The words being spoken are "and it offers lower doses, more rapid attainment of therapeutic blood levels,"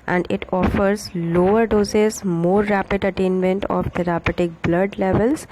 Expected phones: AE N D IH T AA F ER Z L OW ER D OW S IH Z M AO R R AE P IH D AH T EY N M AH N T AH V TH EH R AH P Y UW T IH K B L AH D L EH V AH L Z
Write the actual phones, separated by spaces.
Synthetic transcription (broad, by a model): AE N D IH T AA F ER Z L OW ER D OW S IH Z M AO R R AE P IH D AH T EY N M AH N T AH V T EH R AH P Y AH T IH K B L AH D L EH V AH L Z